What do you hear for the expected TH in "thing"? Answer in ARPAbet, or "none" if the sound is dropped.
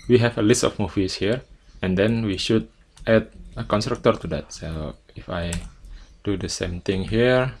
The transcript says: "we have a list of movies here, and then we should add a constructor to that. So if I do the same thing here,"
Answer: T